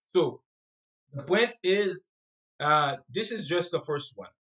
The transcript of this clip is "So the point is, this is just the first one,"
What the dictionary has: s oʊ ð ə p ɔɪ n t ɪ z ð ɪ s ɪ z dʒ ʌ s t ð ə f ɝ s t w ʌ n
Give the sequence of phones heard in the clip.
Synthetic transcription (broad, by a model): s oʊ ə b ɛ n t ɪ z ð ɪ s ɪ z dʒ ʌ s t ð ə f ɝ s t w ʌ n